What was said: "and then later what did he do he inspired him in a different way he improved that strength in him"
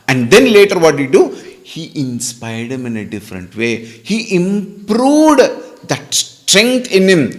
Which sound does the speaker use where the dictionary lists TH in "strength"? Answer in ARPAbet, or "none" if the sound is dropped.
T